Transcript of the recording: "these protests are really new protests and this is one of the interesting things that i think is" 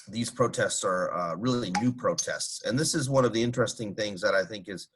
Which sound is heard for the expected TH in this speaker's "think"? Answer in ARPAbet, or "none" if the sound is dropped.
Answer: TH